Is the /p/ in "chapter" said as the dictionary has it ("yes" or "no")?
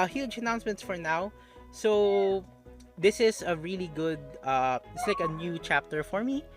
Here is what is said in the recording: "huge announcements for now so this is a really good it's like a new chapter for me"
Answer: yes